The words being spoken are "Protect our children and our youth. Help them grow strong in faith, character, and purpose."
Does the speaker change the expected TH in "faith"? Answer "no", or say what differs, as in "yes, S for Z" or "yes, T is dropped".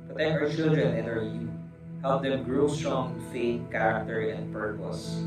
yes, T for TH